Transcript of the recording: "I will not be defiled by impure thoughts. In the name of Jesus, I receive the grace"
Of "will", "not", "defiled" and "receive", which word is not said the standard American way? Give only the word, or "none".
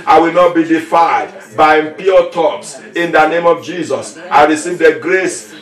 defiled